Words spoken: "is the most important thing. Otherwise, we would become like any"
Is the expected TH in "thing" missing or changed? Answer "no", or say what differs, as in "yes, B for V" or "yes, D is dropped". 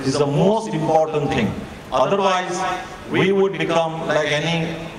yes, T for TH